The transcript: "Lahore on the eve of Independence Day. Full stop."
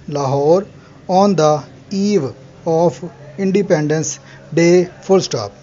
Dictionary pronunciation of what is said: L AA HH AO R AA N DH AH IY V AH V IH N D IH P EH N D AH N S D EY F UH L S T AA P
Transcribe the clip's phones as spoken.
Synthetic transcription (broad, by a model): L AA HH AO R AA N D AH IY V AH P IH N D IH P EH N D AH N S D EY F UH L S T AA P